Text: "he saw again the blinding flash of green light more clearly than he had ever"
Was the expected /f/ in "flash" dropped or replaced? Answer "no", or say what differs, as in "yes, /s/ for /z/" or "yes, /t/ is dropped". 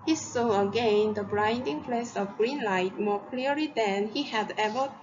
yes, /p/ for /f/